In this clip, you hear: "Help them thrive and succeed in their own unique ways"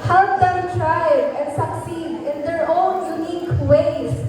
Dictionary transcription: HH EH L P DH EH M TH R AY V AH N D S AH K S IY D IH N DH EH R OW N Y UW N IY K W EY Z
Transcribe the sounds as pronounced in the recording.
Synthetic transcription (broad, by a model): HH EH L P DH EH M T R AY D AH N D S AH K S IY D IH N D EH R OW N Y UW N IY K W EY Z